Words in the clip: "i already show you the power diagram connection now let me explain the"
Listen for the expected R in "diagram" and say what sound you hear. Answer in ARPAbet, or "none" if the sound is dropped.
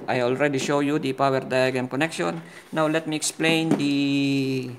none